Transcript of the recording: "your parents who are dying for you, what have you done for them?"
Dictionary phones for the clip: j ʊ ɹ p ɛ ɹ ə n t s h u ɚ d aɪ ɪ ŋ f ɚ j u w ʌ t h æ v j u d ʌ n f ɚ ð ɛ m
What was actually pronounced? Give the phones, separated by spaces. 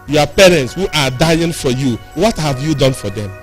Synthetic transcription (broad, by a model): j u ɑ p ɛ ɹ ə n t s h u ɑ d aɪ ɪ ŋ f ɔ j u w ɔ t h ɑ v j u d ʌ n f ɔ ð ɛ m